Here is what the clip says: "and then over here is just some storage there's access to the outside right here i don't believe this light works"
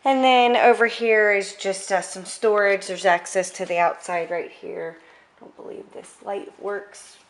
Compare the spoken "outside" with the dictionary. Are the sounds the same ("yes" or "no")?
yes